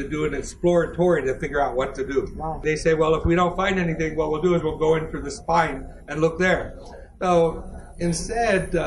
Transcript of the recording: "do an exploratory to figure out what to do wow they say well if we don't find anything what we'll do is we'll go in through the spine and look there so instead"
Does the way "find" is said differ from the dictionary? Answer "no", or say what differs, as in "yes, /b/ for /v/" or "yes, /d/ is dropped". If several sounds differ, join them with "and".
no